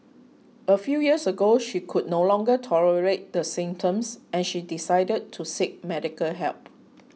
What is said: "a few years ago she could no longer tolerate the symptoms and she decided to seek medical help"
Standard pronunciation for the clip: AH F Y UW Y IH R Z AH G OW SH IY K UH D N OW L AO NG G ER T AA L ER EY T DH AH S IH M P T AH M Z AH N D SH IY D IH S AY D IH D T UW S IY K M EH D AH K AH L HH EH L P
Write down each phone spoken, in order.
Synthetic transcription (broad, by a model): AH F Y UW Y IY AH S AH G OW SH IY K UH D N OW L AO NG G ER T AA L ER EY T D AH S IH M T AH M S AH N SH IY D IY S AY D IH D T UW S IY K M EH D AH K AH L HH EH L P